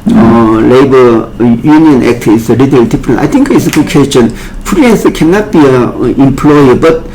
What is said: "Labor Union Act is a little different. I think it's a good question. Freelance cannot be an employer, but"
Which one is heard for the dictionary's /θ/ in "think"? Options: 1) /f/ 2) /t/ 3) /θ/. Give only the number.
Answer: 2